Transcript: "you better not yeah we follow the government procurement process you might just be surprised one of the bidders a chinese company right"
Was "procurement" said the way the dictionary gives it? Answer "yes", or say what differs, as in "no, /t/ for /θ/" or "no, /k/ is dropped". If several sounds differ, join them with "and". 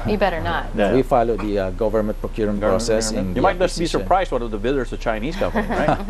no, /m/ is dropped